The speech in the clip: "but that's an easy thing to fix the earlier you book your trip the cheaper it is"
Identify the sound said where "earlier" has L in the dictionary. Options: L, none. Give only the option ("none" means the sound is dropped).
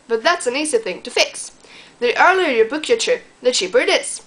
L